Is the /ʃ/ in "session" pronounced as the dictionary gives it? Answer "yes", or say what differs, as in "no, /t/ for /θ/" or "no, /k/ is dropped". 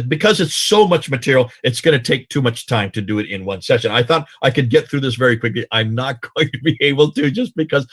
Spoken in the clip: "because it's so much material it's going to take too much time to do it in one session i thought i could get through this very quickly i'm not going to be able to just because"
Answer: yes